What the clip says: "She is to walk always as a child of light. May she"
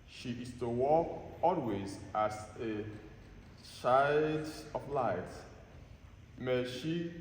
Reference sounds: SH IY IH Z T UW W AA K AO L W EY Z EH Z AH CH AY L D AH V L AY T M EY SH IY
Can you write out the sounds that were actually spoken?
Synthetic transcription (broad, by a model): SH IY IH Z T UW W AA K AO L W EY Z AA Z AH SH AY D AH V L AY T M EY SH IY